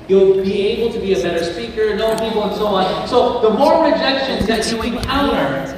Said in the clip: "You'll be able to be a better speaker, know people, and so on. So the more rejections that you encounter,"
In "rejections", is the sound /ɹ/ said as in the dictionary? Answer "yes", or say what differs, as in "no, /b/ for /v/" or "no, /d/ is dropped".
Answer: no, /l/ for /ɹ/